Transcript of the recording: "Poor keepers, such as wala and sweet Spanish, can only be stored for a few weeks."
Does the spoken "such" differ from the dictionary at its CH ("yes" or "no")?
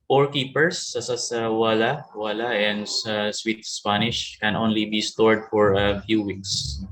yes